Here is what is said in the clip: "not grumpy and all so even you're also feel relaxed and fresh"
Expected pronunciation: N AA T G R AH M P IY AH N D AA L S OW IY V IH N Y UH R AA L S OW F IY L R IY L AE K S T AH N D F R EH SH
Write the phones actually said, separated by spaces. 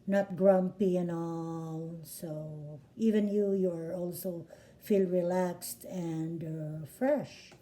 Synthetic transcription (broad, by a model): N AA T G R AH M P IY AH N AA L S OW IY V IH N Y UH R AA L S OW F IY L R IY L AE K S T AH N D F R EH SH